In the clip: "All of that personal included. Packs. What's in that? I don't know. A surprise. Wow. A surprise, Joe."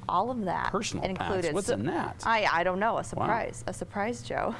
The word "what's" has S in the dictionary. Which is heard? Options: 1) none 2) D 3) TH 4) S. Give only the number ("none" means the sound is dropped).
1